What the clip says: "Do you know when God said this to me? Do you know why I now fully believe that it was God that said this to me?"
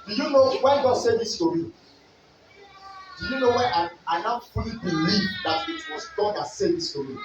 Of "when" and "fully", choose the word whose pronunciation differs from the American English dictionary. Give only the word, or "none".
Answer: fully